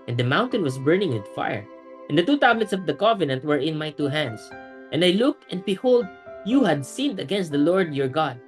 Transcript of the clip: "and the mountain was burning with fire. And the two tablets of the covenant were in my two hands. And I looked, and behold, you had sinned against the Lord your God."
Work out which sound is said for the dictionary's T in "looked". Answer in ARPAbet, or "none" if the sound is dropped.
T